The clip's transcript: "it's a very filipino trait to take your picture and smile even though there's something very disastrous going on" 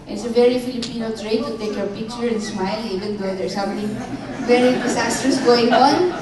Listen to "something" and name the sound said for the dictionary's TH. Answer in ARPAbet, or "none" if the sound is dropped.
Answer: T